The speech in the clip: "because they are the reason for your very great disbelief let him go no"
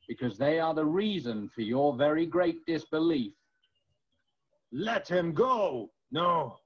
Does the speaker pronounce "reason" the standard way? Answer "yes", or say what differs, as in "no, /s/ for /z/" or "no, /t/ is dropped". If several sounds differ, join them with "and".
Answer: yes